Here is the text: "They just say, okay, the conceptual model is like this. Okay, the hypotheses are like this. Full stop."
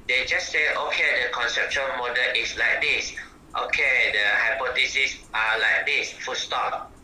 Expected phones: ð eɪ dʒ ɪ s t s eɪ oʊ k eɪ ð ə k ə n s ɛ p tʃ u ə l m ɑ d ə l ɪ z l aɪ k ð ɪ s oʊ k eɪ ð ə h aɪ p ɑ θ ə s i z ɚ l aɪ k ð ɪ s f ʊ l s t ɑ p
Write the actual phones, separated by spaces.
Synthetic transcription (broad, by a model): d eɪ dʒ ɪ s s eɪ oʊ k eɪ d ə k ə n s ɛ p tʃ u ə n m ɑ d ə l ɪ s l aɪ k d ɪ s oʊ k eɪ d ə h aɪ p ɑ t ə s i s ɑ l aɪ k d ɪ s f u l s t ɑ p